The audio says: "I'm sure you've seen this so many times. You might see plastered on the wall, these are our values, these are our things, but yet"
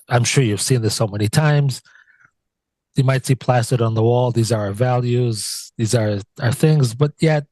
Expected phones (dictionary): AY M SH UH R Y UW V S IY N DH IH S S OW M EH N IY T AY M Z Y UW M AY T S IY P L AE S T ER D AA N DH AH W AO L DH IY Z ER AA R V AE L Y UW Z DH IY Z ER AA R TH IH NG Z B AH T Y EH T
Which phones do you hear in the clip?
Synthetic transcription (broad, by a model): AY M SH UH R Y UW V S IY N DH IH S S OW M EH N IY T AY M Z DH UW M AY T S IY P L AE S T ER D N DH AH W AO L DH IY Z ER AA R V AE L Y UW Z DH IY Z ER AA R TH IH NG Z B AH T Y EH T